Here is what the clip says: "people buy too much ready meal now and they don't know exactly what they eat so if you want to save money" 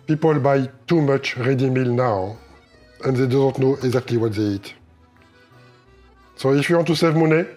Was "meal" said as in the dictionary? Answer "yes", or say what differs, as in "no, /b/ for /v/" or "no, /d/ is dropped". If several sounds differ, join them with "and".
yes